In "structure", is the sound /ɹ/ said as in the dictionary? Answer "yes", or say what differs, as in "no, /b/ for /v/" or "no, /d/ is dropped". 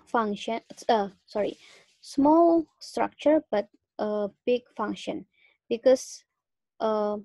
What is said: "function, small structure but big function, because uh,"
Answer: yes